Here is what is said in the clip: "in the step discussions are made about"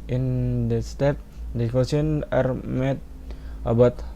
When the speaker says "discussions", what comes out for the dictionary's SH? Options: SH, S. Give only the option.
S